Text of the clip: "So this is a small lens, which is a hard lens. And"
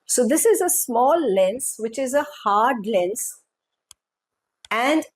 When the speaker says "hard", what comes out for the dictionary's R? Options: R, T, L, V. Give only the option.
R